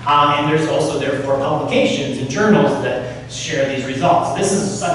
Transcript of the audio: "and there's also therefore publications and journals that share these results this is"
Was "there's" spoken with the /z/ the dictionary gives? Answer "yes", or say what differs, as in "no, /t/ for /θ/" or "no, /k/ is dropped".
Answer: yes